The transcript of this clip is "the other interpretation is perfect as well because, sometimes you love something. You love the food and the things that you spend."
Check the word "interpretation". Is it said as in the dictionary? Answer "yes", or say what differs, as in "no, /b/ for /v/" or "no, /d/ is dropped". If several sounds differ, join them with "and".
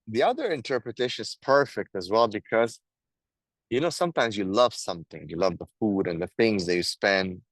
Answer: yes